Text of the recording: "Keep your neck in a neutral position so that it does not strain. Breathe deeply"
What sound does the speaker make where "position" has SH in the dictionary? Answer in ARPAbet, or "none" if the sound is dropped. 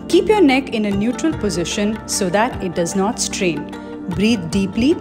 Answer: SH